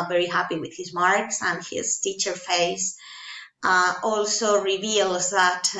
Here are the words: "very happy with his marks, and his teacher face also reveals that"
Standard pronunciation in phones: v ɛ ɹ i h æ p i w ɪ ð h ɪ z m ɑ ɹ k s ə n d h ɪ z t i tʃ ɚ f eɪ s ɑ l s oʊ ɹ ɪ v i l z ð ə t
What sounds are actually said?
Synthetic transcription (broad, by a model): v ɛ ɹ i h æ p i w ɪ ð h ɪ z m ɑ ɹ k s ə n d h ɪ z t i tʃ ɚ f eɪ s ɑ l s oʊ ɹ ɪ v i l z ð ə t